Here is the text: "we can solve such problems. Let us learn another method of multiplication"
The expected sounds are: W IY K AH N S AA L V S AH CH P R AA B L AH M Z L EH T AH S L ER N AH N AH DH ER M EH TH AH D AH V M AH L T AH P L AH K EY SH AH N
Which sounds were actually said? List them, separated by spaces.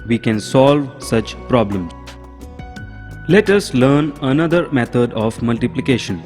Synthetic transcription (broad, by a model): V IY K AH N S AA L V S AH CH P R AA B L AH M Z L EH T AH S L ER N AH N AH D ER M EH T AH D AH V M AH L T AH P L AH K EY SH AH N